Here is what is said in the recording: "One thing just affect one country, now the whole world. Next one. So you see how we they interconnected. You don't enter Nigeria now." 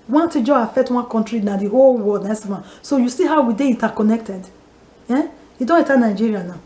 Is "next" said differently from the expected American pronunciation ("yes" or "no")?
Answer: yes